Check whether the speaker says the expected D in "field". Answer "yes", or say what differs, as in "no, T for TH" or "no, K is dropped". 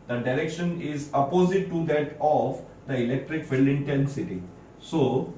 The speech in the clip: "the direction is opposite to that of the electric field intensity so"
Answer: no, D is dropped